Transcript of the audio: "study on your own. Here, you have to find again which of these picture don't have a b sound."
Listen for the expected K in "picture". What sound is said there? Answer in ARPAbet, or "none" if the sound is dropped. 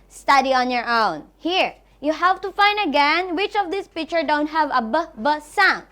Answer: K